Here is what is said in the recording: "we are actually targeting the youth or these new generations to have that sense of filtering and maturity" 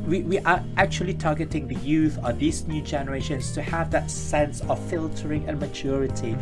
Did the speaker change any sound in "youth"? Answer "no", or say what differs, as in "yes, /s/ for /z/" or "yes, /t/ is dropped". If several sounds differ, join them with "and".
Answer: no